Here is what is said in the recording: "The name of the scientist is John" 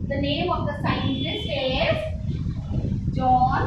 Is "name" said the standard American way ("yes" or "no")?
yes